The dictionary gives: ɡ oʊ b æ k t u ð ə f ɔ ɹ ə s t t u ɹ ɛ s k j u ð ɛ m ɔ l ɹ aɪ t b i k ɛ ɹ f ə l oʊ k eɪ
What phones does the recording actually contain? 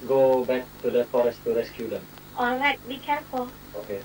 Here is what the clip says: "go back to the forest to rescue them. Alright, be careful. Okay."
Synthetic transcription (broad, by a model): ɡ oʊ b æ k t u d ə f ɔ ɹ ə s t t u ɹ ɛ s k j u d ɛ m ɔ l ɹ aɪ t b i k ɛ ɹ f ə oʊ k eɪ